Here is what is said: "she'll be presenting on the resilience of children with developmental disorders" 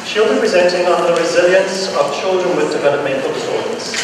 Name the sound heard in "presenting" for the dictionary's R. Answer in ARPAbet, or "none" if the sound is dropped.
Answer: R